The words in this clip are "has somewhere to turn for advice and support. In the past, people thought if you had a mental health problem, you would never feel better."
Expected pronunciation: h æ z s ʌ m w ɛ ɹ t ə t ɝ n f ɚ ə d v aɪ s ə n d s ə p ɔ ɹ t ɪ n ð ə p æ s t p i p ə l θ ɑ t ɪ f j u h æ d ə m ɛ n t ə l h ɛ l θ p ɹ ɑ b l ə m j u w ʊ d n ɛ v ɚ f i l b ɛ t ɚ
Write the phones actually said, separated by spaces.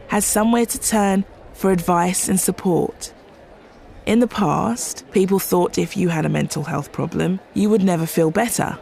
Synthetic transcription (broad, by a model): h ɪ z s ʌ m w ɛ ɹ t ə t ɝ n f ɚ ə d v aɪ s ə n s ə p ɔ ɹ t ɪ n ð ə p æ s t p i p ə l θ ɑ t ɪ f j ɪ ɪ d ə m ɛ n t l h ɛ l θ p ɹ ɑ b l ə m j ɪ w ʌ d n ɛ v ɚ f i l b ɛ t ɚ